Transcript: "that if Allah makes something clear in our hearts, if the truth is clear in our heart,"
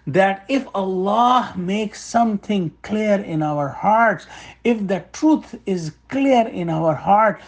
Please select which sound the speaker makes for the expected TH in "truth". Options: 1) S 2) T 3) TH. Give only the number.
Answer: 2